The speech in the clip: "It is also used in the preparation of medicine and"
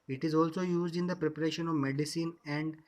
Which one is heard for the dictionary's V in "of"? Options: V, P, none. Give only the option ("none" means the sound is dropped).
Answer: V